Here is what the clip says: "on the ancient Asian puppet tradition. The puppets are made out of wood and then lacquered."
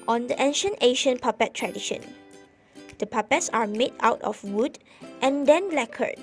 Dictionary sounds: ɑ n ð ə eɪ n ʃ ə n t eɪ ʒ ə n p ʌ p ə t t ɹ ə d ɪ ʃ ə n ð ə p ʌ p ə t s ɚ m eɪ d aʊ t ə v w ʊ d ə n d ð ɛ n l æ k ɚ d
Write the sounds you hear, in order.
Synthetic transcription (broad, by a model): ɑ n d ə eɪ n ʃ ə n t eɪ ʃ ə n p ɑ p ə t t ɹ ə d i ʃ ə n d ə p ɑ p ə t s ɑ m eɪ d aʊ t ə f w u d ə n d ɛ n l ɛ k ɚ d